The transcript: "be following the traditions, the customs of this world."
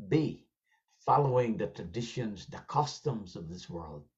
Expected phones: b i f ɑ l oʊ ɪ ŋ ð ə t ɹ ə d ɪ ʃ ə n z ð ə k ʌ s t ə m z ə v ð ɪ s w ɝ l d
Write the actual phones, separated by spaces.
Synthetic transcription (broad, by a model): b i f ɑ l oʊ ɪ ŋ ð ə t ɹ ə d ɪ ʃ ə n z ð ə k ʌ s t ə m z ə v ð ɪ s w ɝ l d